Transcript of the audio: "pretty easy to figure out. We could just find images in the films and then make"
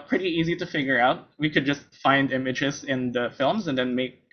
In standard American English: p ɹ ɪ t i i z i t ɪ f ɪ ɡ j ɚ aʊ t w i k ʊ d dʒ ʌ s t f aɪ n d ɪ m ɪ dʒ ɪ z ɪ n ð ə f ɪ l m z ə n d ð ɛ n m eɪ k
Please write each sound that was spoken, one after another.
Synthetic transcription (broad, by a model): p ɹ ɪ t i i z i t ɪ f ɪ ɡ j ɚ aʊ t w i k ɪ d dʒ ʌ s t f aɪ n d ɪ m ɪ dʒ ɪ z ɪ n ð ə f ɪ l m z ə n ð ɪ n m eɪ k